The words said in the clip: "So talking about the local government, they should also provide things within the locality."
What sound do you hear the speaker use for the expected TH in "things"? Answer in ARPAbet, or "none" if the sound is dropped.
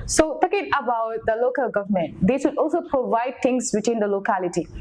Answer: T